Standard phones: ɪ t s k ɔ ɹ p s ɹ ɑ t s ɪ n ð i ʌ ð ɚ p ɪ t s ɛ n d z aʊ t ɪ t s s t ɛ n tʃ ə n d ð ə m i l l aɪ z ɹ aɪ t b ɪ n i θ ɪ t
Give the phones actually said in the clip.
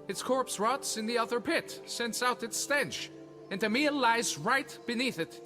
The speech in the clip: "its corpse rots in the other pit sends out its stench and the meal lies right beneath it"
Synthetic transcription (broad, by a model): ɪ t s k ɔ ɹ p s ɹ ɑ t s ɪ n ð i ʌ ð ɚ p ɪ t s ɛ n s aʊ t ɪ t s s t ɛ n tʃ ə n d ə m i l l aɪ z ɹ aɪ t b ɪ n i θ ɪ t